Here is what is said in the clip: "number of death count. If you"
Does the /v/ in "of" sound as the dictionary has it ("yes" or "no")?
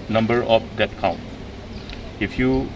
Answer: no